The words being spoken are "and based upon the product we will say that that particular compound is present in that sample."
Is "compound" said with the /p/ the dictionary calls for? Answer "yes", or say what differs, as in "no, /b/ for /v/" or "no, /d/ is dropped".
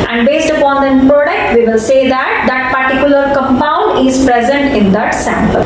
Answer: yes